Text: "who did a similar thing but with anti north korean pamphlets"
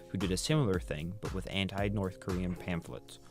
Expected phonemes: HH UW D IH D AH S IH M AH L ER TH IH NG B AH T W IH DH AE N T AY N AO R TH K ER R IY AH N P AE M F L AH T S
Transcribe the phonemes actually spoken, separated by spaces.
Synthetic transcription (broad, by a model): HH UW D IH D AH S IH M L ER TH IH NG B AH T W IH DH AE N T AY N AO R TH K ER R IY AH N P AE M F L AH T S